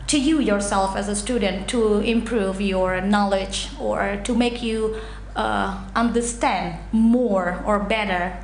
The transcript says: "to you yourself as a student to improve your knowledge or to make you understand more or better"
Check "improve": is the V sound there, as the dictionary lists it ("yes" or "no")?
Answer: yes